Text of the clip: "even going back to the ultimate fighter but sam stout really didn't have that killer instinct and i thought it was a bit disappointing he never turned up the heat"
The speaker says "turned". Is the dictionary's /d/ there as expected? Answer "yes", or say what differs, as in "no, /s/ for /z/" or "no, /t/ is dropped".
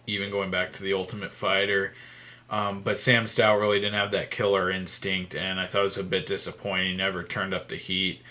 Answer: yes